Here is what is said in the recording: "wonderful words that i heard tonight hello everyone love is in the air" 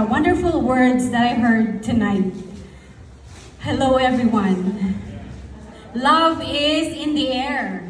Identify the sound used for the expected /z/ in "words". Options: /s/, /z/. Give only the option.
/z/